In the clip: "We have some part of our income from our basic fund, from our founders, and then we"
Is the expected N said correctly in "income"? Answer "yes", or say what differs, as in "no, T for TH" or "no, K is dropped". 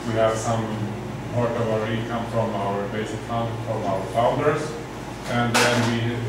no, N is dropped